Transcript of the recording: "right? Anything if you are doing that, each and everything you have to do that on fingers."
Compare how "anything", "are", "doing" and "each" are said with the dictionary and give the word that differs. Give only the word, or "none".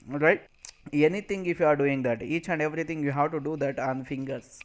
anything